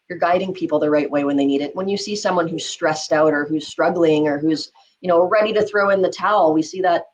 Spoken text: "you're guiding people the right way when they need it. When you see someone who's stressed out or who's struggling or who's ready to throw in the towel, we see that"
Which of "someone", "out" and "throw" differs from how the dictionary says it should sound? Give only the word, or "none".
none